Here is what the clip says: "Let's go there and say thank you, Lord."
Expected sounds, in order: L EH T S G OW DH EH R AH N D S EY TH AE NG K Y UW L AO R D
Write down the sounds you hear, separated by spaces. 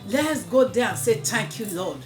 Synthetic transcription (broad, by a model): L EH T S G OW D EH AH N S EY T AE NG K Y UW L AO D